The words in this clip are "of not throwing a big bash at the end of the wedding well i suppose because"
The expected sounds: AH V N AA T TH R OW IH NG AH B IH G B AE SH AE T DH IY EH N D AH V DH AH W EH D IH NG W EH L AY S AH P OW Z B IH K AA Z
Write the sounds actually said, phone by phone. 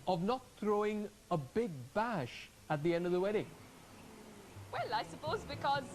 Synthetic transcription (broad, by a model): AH V N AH T TH R OW IH NG AH B IH G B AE SH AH T DH IY EH N D AH V DH AH W EH D IH NG W EH L AY S AH P OW Z B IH K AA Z